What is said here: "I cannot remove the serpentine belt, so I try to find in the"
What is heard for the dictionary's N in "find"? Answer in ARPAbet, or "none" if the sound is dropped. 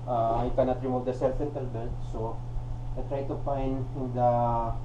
N